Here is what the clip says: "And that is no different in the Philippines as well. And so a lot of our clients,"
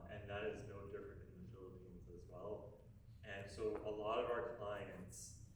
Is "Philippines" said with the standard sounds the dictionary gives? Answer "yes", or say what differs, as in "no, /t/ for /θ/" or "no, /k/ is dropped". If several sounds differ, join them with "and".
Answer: yes